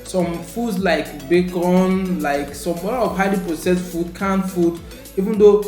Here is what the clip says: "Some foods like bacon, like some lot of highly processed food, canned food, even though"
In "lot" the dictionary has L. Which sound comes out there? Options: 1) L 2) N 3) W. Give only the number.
3